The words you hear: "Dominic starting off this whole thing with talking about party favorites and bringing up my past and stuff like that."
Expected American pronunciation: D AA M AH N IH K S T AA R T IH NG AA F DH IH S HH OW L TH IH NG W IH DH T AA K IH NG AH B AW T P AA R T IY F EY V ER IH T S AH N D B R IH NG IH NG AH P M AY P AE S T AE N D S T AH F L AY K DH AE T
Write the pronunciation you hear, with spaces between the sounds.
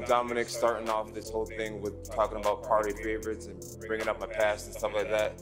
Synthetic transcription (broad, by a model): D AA M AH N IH K S T AA R T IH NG AA F DH IH S HH OW L TH IH NG W IH DH T AA K IH NG AH B AW T P AA R T IY F EY V ER IH T S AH N B R IH NG IH NG AH P M AY P AE S T N S T AH F L AY K DH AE T